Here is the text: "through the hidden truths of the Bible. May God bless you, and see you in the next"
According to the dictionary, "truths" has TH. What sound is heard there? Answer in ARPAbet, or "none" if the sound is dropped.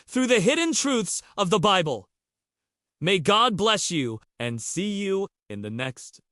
TH